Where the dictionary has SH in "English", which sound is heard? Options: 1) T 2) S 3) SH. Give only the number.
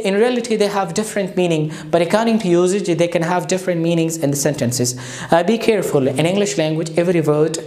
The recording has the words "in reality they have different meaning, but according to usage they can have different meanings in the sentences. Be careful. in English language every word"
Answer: 3